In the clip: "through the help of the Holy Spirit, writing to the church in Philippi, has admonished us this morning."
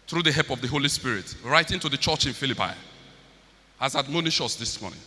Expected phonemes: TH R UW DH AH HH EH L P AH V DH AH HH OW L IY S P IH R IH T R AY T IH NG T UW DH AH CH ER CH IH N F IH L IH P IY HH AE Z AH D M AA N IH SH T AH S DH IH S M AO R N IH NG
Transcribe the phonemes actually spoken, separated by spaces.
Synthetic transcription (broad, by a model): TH R UW DH AH HH EH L P AH V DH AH HH OW L IY S P IH R IH T R AY T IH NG T UW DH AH CH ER CH IH N F IH L IH P IY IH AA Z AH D M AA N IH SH AH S DH IH S M AO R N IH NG